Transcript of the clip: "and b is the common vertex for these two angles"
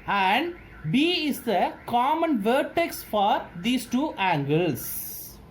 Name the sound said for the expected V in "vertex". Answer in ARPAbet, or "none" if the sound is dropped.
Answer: V